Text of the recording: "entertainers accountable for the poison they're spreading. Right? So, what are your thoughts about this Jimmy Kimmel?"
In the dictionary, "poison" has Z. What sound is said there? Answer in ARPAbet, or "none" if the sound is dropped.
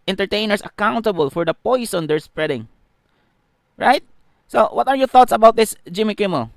S